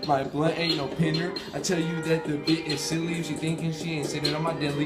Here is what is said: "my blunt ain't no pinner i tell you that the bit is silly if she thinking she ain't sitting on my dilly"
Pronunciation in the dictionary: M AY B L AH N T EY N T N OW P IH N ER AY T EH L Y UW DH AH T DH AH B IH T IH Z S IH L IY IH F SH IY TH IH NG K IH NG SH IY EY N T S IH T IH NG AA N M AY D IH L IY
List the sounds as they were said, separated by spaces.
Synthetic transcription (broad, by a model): M AY B L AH T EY T N OW P IH N ER AY T EH L Y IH DH AH T DH AH B IH T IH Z S IH L IY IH SH IY TH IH NG K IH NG SH IY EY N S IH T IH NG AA M AY D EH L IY